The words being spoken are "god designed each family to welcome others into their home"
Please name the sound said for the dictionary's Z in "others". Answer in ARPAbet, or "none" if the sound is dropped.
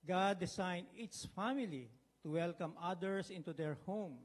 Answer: S